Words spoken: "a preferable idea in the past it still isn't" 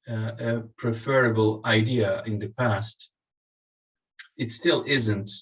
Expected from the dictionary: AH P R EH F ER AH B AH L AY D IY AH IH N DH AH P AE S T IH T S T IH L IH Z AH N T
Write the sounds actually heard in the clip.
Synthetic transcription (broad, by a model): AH P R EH F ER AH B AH L AY D IY AH IH N DH AH P AE S T IH T S T IH L IH Z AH N T